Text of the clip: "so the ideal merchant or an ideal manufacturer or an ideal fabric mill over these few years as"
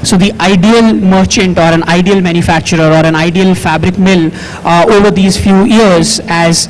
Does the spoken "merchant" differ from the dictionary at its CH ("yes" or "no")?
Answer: no